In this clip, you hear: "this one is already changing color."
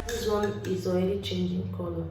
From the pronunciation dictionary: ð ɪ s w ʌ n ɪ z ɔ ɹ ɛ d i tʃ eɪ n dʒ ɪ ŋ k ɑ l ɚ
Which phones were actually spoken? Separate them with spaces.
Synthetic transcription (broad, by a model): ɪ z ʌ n ɪ z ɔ ɛ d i tʃ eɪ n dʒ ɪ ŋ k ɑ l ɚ